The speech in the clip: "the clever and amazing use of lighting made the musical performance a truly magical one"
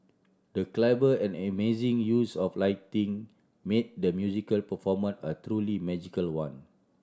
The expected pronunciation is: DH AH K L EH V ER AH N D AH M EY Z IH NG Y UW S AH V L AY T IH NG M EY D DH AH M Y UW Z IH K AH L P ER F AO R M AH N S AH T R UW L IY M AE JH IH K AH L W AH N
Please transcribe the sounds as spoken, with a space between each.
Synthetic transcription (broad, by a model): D AH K L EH B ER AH N AH M EY Z IH NG Y UW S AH F L AY T IH NG M EY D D AH M Y UW Z IH K AH L P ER F AO M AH N AH T R UW L IY M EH JH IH K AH L W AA N